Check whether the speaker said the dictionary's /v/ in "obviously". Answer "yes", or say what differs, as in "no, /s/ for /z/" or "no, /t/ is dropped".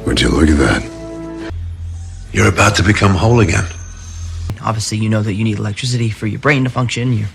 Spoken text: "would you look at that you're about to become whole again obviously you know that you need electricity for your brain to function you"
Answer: yes